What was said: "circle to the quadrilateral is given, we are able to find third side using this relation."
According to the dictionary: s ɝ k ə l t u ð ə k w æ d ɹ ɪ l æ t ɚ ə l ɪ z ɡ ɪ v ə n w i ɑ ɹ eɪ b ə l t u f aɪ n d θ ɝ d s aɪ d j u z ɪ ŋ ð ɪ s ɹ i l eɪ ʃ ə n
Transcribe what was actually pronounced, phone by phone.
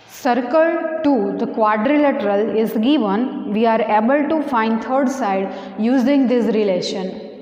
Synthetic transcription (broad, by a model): s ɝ k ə l t u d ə k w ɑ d ɹ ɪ l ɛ t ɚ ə l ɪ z ɡ ɪ v ə n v i ɑ ɹ eɪ b ə l t u f aɪ n d t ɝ d s aɪ d j u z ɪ ŋ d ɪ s ɹ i l eɪ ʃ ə n